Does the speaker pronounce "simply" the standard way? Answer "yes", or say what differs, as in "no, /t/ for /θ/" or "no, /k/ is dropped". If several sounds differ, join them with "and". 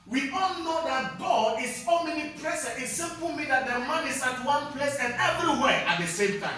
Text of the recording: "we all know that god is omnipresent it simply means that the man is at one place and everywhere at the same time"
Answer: no, /l/ is dropped